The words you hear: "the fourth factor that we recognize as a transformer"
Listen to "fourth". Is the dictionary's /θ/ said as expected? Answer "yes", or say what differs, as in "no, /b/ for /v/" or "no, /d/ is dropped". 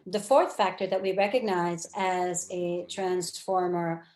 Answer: yes